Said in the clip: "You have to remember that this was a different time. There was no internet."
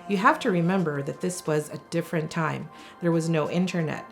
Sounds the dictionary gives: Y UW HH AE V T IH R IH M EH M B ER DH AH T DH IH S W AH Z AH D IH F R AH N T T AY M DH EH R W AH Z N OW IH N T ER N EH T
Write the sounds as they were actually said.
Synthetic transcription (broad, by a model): Y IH HH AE F T IH R IH M EH M B ER DH AH T DH IH S W AH Z AH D IH F R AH N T T AY M DH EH R W AH Z N OW IH N T ER N EH T